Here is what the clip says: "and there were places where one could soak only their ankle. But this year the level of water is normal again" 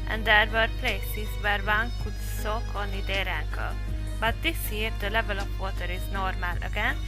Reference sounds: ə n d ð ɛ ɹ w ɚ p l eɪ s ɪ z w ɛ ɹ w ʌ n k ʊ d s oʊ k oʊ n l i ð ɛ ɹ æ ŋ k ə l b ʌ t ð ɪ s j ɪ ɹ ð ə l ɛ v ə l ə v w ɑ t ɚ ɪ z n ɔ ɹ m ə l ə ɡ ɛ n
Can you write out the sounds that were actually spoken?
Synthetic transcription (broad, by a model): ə n d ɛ ɹ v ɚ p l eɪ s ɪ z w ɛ ɹ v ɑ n k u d s oʊ k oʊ n i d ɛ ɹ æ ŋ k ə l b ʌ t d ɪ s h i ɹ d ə l ɛ v ə l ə p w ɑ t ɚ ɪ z n ɔ ɹ m ə l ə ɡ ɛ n